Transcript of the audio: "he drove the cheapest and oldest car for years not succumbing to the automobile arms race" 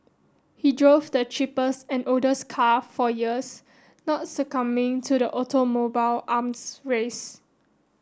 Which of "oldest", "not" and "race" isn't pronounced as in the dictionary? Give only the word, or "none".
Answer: oldest